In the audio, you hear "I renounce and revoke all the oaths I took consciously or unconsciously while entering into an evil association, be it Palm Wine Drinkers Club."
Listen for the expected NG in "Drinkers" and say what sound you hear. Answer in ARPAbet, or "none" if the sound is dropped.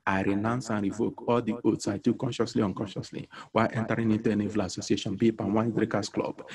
none